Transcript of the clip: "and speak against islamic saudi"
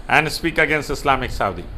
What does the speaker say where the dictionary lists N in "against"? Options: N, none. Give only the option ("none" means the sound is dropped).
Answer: N